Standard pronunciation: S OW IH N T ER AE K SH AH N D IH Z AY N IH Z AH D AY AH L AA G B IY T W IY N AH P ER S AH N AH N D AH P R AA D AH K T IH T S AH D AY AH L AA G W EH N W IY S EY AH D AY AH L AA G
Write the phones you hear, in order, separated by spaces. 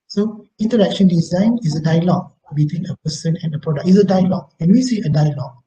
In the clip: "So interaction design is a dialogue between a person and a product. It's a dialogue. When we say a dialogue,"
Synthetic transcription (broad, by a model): S OW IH N T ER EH K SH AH N D IH Z AY N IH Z AH D AY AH L AA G B IY T W IY N AH P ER S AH N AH N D AH P R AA D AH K IH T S AH D AY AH L AA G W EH N W IY S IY AH D AY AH L AA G